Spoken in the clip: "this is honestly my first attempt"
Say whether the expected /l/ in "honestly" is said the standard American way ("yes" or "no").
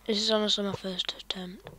no